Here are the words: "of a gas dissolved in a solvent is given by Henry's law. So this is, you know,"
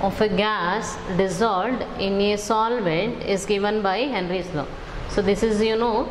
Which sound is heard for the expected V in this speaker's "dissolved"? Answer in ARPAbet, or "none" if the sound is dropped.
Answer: none